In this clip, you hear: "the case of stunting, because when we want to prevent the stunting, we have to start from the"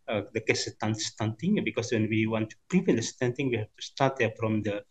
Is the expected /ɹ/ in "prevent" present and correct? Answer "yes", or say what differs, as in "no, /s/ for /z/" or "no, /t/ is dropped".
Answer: no, /ɹ/ is dropped